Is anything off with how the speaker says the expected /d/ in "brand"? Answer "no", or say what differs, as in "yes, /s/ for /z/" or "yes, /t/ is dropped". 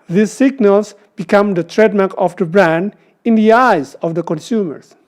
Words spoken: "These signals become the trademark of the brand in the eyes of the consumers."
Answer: no